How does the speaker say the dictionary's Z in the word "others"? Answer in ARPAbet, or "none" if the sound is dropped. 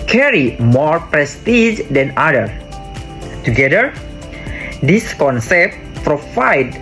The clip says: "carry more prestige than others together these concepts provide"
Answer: none